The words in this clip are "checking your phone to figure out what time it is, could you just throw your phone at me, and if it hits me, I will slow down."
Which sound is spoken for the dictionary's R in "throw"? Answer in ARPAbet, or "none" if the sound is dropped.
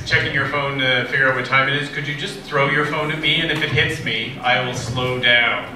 R